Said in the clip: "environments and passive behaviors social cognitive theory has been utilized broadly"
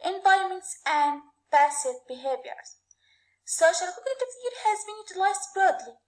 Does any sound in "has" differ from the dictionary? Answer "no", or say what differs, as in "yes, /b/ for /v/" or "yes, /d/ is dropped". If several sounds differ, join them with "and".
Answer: no